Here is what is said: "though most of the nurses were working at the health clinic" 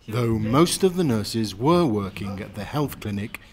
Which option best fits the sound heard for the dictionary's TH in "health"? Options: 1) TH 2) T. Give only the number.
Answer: 1